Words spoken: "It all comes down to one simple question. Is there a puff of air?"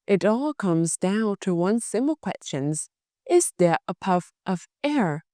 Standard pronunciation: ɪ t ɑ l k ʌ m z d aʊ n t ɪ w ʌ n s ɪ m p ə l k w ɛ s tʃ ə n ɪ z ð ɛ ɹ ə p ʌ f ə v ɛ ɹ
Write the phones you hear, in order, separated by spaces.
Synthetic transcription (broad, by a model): ɪ t ɑ l k ʌ m z d aʊ n t ɪ w ʌ n s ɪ m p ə l k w ɛ s tʃ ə n ɪ z ð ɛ ɹ ə p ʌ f ə v ɛ ɹ